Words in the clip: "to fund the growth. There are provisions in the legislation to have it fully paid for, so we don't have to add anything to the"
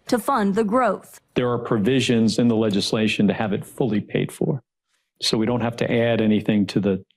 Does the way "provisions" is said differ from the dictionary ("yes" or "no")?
no